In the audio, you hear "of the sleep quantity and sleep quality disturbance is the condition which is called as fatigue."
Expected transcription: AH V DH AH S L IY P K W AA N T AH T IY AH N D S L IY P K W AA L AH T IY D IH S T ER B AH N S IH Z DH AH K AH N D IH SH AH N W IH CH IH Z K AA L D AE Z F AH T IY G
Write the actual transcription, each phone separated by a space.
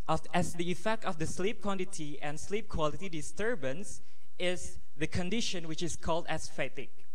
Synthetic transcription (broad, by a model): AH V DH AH S L IY P K W AA N T AH T IY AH N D S L IY P K W AA L AH T IY D IH S T ER B AH N S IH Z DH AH K AH N D IH SH AH N W IH CH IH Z K AA L D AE S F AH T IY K